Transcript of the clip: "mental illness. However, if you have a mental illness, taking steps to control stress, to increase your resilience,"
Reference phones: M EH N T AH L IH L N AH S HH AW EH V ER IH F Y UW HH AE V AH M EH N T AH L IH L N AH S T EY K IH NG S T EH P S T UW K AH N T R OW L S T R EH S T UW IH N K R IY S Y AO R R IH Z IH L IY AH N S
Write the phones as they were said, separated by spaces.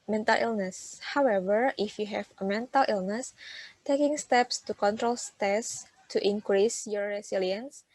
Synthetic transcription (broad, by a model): M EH N T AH L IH L N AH S HH AW EH V ER IH F Y UW HH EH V AH M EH N T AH L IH L N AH S T EY K IH NG S T EH P S T UW K AH N T R OW L S T EH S T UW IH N K R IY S Y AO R R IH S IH L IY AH N S